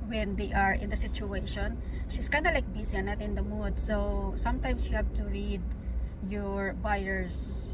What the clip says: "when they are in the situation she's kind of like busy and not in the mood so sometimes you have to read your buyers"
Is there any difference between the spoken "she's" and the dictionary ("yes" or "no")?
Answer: yes